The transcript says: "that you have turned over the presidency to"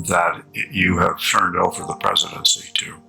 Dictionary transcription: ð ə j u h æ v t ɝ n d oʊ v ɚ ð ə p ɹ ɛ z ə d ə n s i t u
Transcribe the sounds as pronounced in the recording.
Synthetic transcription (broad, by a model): ð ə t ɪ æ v t ɝ n d oʊ v ɚ ð ə p ɹ ɛ z ə d ə n s i t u